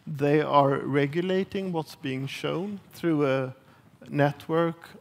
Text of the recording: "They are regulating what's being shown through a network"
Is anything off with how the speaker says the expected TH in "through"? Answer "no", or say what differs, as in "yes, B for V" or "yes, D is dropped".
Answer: no